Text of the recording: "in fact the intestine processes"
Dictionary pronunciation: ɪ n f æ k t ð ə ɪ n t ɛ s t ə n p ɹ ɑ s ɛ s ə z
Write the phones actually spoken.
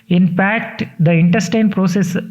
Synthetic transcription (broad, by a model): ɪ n p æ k t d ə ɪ n t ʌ s t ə n p ɹ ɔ s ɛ s